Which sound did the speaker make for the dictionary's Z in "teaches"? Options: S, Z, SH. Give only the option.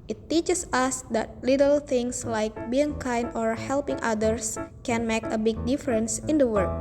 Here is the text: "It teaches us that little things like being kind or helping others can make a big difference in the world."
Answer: S